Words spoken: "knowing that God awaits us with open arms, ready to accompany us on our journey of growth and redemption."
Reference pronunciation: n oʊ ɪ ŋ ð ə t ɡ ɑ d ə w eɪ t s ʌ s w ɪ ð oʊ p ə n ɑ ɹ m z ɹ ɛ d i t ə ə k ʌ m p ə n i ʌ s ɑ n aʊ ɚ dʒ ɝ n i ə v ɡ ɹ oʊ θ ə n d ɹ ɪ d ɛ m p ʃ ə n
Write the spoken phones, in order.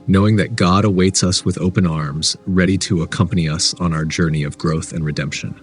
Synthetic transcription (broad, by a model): n oʊ ɪ ŋ ð ə t ɡ ɑ d ə w eɪ t s ʌ s w ɪ ð oʊ p ə n ɑ ɹ m z ɹ ɛ d i t ə ə k ʌ m p ə n i ʌ s n aʊ ɚ dʒ ɝ n i ə v ɡ ɹ oʊ θ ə n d ɹ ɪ d ɛ m p ʃ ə n